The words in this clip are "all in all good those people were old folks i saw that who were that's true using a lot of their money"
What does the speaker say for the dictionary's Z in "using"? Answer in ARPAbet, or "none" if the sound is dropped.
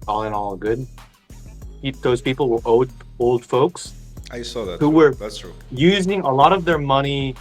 Z